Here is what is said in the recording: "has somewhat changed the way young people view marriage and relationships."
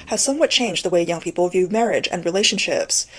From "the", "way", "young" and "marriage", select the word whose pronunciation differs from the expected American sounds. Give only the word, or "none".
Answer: none